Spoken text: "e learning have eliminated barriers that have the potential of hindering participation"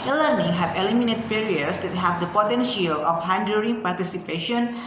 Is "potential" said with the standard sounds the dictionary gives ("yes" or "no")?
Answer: yes